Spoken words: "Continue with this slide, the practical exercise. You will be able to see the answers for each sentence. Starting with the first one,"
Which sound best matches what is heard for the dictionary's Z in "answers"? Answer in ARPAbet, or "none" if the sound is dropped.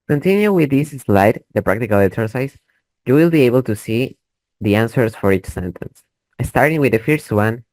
S